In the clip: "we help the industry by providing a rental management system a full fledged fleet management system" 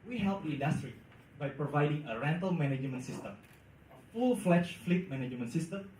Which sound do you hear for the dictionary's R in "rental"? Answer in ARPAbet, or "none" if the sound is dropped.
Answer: R